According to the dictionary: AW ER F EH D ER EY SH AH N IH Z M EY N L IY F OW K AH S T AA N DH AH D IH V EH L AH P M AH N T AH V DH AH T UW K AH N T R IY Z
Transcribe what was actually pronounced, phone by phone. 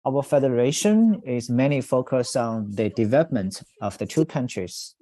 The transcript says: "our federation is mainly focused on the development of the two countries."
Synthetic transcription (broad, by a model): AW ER F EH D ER EY SH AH N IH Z M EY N IY F OW K AH S T AA N DH AH D IH V EH L AH P M AH N T AH V DH AH T UW K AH N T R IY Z